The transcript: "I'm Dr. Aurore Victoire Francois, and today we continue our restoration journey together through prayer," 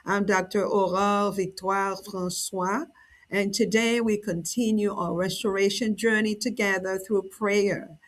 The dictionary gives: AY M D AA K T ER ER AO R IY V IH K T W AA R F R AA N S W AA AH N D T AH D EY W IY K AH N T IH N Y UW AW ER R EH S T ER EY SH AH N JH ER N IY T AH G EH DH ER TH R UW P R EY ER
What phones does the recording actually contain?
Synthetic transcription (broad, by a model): AY M D AA K T ER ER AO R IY V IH K T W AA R F R AA N S W AA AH N T AH D EY W IY K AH N T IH N Y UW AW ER R EH S T ER EY SH AH N JH ER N IY T AH G EH DH ER TH R UW P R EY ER